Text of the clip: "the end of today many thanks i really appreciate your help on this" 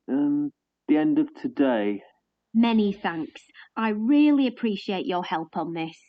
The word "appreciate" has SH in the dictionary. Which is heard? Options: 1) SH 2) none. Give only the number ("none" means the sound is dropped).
1